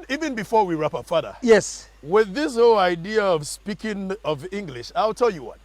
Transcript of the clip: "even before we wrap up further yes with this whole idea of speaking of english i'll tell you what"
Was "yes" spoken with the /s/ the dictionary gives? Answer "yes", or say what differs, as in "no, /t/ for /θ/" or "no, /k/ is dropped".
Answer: yes